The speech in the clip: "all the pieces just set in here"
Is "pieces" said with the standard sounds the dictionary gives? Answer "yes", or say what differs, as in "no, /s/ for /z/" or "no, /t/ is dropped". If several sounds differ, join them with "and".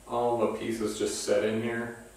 yes